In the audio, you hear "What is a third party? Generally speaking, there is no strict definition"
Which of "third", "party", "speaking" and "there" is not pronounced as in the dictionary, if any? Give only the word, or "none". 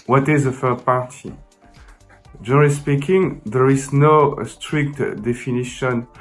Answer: third